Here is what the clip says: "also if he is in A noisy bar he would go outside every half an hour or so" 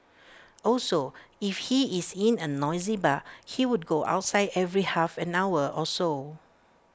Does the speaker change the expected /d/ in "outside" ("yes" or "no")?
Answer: no